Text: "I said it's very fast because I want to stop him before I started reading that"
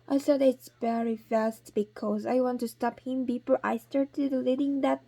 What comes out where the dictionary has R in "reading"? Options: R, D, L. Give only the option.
L